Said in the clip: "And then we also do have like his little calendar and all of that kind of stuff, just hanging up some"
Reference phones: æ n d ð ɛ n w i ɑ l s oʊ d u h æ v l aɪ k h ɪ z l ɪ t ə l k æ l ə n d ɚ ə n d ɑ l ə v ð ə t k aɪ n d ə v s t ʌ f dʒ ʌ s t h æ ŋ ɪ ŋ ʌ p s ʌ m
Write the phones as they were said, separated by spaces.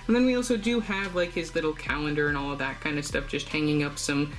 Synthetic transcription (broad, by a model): n ð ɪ n w i ɑ l s oʊ d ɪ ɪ v l aɪ k h ɪ z l ɪ t l k æ l ə n d ɚ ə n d ɑ l ə v ð ə t k aɪ n d ə v s t ʌ f dʒ ʌ s t h æ ŋ ɪ ŋ ʌ p s ʌ m